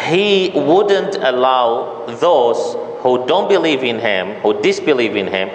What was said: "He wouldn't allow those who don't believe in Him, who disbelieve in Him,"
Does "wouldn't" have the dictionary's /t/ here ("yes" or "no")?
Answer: yes